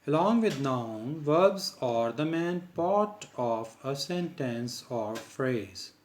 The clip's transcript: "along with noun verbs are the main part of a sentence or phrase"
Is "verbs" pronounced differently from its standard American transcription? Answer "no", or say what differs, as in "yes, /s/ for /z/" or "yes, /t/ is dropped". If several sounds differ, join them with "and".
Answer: no